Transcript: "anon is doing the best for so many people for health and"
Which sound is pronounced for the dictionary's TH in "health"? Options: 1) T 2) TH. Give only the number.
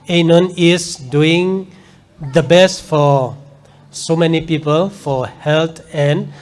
1